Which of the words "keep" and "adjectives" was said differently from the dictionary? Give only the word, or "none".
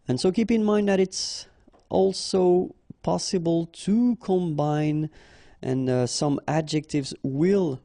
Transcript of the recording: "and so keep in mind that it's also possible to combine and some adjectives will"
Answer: none